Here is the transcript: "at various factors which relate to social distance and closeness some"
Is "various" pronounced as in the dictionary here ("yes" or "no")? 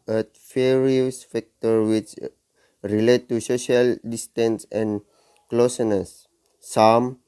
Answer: no